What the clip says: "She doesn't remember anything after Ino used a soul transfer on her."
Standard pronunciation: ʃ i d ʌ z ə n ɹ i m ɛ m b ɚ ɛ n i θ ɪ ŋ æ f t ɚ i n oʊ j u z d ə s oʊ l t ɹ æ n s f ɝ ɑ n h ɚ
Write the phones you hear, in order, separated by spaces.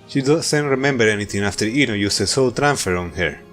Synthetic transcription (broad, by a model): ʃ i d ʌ s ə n ɹ i m ɛ m b ɚ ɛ n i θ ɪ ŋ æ f t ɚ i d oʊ j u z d ə s oʊ l t ɹ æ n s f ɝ ɑ n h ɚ